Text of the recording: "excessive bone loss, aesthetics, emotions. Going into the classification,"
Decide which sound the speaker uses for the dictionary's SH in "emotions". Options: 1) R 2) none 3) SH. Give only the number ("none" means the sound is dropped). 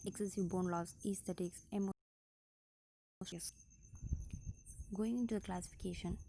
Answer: 2